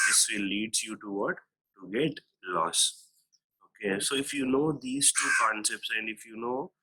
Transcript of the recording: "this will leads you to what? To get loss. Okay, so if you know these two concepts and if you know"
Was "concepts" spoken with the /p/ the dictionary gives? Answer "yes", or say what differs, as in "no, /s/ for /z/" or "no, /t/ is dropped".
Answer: yes